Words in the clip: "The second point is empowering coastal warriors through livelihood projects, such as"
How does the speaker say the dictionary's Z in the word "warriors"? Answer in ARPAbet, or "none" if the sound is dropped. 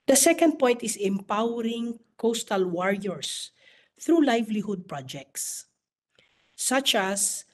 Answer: S